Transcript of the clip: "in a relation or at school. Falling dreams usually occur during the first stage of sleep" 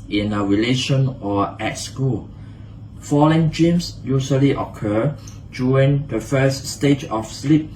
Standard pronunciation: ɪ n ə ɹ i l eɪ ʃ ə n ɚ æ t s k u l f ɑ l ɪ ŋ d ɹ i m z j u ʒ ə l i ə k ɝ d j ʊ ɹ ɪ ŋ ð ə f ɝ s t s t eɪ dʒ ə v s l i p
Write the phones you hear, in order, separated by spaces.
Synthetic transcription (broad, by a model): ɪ n ə ɹ i l eɪ ʃ ə n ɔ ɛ t s k u l f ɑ l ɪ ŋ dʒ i m s j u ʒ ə l i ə k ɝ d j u ɹ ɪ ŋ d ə f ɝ s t s t eɪ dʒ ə f s l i p